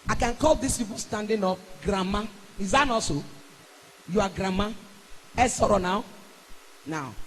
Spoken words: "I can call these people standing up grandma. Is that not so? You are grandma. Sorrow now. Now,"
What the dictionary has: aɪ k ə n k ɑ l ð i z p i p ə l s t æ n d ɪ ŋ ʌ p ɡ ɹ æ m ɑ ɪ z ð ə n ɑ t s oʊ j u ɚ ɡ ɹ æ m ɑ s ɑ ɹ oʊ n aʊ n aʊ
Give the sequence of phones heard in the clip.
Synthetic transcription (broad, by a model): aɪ k ə n k ɑ l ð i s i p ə s t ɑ n d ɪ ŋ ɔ f ɡ ɹ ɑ m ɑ ɪ z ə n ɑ s oʊ j u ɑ ɡ ɹ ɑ m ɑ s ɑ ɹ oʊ n aʊ n aʊ